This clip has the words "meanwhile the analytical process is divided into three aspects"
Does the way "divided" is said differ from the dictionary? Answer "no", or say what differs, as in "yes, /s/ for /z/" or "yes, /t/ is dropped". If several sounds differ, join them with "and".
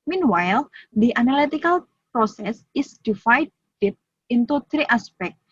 yes, /f/ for /v/